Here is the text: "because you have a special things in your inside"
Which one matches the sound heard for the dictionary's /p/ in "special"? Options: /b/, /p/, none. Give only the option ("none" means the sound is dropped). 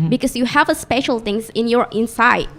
/p/